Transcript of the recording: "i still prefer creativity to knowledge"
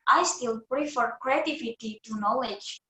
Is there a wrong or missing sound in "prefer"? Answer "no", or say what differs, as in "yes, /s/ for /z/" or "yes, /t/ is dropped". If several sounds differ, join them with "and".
no